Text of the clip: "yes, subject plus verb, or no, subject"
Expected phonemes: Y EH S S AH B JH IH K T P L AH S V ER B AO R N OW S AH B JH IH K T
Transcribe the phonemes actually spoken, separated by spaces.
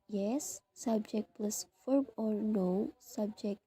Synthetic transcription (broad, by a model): Y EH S S AH B JH IH K T P L AH S F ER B AO R N OW S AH B JH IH K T